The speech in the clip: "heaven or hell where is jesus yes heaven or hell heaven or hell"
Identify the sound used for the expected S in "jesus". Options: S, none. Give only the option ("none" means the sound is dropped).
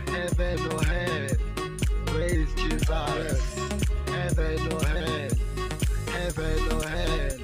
none